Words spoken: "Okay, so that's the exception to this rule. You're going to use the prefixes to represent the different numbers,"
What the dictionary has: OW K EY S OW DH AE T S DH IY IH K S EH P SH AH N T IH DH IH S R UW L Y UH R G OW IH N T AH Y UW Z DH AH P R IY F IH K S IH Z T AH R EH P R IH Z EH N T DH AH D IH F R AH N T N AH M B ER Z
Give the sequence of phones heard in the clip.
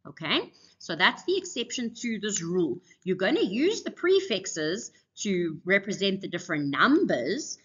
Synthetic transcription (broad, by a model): OW K EY S OW DH AE T S DH IY IH K S EH P SH AH N T IH DH IH S R UW L Y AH G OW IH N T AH Y UW Z DH AH P R IY F IH K S IH Z T AH R EH P R IH Z EH N T DH AH D IH F R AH N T N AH M B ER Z